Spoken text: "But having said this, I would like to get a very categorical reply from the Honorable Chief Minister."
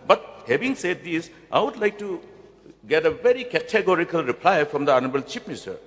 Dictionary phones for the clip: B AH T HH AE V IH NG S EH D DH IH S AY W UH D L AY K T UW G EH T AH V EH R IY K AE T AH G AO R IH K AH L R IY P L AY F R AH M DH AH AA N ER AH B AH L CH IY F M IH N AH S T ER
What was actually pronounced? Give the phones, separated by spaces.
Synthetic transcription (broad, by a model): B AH T HH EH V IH NG S EH D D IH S AY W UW D L AY K T UW G EH T AH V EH R IY K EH T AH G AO R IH K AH L R IY P L AY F R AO M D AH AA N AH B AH L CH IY P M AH S T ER